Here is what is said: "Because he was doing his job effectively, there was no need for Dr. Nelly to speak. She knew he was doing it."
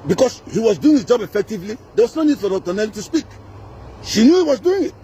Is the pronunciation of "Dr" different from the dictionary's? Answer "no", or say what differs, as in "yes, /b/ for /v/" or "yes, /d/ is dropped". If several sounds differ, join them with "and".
yes, /k/ is dropped